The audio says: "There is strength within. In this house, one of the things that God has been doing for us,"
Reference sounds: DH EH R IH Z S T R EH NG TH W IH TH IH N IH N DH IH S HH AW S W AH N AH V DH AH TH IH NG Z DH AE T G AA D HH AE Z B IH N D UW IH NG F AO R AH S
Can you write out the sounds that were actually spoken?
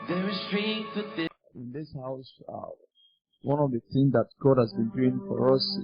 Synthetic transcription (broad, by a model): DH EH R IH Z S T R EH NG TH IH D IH IH N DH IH S HH AW S W AH N AH V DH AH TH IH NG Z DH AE T G AA D HH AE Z B IH N D UW IH NG F AO R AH S